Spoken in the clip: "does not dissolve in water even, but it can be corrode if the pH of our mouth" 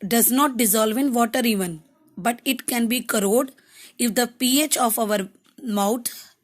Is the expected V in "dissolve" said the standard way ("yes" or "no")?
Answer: yes